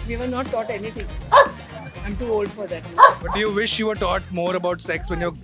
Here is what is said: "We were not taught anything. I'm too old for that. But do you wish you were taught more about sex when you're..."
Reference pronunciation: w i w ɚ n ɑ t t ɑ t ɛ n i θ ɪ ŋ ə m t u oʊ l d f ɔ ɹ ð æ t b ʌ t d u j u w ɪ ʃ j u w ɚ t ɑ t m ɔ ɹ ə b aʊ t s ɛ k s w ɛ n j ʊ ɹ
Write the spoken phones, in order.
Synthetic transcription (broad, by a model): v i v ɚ n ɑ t t ɑ t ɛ n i t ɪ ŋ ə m t u oʊ l d f ɔ ɹ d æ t b ʌ t d u j u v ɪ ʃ j u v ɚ t ɑ t m ɔ ɹ ə b aʊ t s ɛ k s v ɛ n j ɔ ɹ